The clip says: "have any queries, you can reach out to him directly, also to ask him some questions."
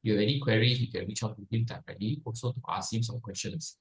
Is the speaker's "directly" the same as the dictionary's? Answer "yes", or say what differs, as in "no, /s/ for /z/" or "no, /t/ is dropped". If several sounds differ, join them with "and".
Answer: no, /k/ is dropped